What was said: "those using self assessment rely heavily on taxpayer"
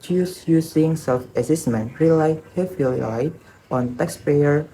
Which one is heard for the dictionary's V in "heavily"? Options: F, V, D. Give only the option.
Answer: F